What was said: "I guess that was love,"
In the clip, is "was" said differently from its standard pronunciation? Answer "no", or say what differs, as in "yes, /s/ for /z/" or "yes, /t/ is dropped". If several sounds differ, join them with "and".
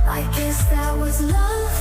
no